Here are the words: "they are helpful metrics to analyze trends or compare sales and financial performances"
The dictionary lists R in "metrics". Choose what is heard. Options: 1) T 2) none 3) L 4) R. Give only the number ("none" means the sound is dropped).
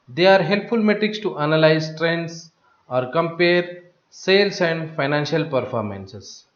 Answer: 4